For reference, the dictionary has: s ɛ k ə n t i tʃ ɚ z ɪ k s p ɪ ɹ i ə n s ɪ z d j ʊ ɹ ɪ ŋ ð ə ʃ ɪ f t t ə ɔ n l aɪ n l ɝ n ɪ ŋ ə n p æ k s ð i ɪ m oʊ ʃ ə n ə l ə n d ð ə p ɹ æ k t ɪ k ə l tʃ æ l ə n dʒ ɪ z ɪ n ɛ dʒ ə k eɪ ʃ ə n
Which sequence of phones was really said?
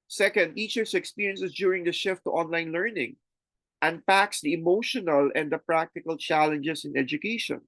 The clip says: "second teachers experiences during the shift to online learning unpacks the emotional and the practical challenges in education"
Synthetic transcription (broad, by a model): s ɛ k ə n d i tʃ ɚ s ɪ k s p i ɹ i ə n s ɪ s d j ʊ ɹ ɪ ŋ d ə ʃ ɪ f t t ɔ n l aɪ n l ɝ n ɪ ŋ ə n p æ k s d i ɪ m oʊ ʃ ə n ə l ə n d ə p ɹ æ k t ɪ k ə l tʃ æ l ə n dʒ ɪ s ɪ n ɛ dʒ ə k eɪ ʃ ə n